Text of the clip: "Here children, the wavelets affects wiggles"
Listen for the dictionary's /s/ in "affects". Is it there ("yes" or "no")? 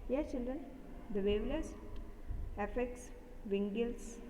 yes